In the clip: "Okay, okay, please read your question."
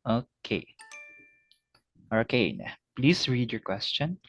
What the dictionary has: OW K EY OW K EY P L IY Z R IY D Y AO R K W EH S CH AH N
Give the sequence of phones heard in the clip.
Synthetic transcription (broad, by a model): OW K EY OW K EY P L IY S R IY D Y AO R K W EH S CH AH N